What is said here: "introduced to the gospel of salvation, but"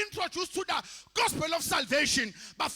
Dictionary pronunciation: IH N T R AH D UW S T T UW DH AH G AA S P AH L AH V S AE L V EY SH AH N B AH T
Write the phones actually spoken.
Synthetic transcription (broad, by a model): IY N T R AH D UW S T T UW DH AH G AA S P AH L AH F S AE L V EY SH AH N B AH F